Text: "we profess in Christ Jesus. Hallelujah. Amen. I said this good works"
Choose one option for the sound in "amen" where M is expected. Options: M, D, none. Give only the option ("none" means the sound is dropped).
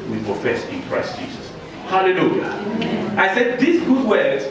none